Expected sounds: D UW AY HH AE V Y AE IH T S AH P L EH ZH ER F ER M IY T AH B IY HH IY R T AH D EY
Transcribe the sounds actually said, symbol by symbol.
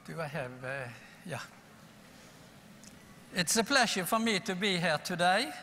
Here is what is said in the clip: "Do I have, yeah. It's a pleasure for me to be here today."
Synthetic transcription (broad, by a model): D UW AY HH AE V Y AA IH T S AH P L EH SH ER F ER M IY T AH B IY HH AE R T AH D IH